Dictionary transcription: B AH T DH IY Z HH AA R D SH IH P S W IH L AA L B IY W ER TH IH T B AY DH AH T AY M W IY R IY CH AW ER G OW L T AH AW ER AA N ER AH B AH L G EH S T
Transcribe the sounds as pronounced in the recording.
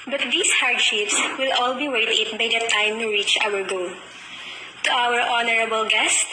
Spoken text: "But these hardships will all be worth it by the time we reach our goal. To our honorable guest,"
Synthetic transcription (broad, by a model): B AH T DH IY S HH AA R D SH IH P S W IH L AA L B IY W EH T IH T B AY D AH T AY M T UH R IY CH AW ER G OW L T AH AW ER AA N ER AH B AH L G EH S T